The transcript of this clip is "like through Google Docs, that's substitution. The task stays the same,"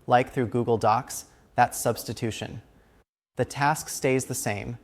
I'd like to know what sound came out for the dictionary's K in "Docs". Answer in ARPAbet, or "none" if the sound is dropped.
K